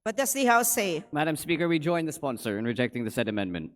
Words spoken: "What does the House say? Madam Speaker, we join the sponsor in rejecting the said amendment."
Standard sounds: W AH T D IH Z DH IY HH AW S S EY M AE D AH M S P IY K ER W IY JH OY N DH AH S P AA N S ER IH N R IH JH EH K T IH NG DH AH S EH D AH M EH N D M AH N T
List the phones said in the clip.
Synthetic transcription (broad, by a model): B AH T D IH S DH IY HH AW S S EY M AE D AH M S P IY K ER W IY JH OY N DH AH S P AA N S ER IH N R IH JH EH K T IH NG DH AH S EH D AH M EH N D M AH N T